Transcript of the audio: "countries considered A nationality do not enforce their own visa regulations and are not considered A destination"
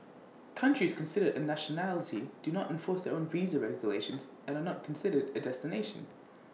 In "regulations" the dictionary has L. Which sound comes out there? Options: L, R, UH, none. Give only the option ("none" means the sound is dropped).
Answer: L